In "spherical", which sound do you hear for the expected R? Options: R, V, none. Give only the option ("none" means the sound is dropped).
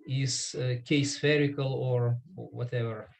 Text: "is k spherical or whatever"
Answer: R